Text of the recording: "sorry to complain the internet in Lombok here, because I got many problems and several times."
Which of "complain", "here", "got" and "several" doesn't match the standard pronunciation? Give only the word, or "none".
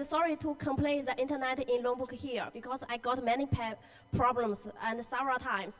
several